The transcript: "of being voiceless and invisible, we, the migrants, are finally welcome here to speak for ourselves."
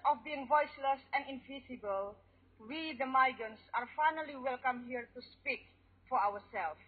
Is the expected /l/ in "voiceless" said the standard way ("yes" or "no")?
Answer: yes